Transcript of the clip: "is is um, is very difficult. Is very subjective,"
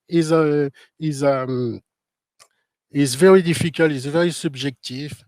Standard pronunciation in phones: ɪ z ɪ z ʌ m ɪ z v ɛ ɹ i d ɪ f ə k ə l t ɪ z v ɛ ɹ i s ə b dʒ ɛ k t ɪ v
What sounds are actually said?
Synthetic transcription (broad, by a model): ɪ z ɪ z ʌ m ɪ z v ɛ ɹ i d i f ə k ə l ɪ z v ɛ ɹ i s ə b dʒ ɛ k t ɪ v